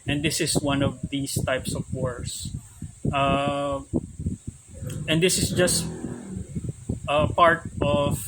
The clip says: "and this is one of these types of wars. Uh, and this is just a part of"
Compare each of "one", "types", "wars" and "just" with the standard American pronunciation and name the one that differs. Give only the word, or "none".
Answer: wars